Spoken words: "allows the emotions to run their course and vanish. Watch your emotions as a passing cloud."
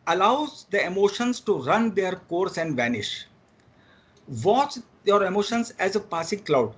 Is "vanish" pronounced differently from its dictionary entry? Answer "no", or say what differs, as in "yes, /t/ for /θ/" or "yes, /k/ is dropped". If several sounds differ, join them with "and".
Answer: no